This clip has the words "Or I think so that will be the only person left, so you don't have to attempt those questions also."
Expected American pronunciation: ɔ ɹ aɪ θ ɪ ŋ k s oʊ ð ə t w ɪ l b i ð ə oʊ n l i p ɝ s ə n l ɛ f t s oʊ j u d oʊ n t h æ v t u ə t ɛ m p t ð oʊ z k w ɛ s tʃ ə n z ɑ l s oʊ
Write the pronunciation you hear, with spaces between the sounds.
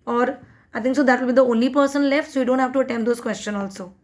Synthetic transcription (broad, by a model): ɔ ɹ aɪ t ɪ ŋ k s oʊ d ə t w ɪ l b i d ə oʊ n l i p ɝ s ə n l ɛ f t s oʊ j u d oʊ n t h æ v t u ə t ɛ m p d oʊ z k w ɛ s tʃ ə n ɑ l s oʊ